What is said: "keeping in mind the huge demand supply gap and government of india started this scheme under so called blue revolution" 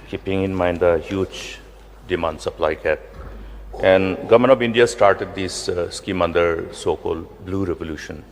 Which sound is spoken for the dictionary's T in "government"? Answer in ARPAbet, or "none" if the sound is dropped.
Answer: none